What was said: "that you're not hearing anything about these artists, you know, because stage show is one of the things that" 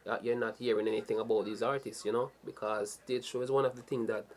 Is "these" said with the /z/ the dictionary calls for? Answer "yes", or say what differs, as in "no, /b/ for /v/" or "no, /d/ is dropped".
yes